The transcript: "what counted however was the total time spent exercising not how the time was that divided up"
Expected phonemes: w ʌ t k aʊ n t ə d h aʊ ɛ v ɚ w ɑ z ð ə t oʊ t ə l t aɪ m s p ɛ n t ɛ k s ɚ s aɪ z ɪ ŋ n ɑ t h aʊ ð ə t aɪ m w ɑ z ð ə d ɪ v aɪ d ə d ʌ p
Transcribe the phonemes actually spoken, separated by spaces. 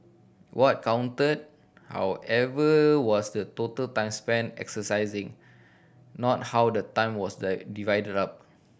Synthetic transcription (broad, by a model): w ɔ t k aʊ n t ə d h aʊ ɛ v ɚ w ɑ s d ə t oʊ t ə l t aɪ m s p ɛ n ɛ k s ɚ s aɪ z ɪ ŋ n ɑ t h aʊ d ə t aɪ m w ɑ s d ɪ v aɪ d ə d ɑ p